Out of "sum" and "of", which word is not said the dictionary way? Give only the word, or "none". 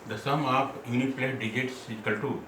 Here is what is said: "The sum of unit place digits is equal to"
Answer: of